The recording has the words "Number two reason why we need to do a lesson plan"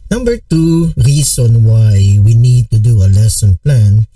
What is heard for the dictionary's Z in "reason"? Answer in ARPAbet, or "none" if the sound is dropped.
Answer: S